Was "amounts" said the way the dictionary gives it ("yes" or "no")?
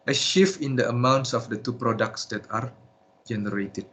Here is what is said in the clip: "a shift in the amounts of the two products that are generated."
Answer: yes